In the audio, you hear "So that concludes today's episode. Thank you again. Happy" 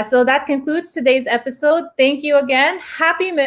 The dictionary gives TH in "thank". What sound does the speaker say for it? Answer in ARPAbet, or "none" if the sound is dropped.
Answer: TH